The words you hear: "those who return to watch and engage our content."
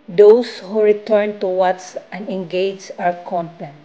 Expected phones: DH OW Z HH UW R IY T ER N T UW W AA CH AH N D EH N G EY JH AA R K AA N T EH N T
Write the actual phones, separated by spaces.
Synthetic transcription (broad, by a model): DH OW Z HH UW R IY T ER N T UW W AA S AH N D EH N G EY JH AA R K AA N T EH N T